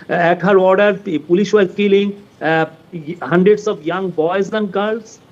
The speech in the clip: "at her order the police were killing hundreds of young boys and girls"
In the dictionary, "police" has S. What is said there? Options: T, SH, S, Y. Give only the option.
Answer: SH